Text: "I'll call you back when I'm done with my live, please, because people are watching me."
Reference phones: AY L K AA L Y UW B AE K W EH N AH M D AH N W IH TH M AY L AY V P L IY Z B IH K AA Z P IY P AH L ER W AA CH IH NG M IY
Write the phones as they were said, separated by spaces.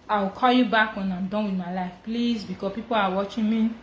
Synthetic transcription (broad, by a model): AY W K AA L Y UW B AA K W EH N AH M D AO N W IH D M AY L AY F P L IY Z B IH K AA P IY P AH L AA W AA CH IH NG M IY